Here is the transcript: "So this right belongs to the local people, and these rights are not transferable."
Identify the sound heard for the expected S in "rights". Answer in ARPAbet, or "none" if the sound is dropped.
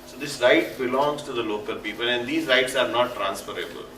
S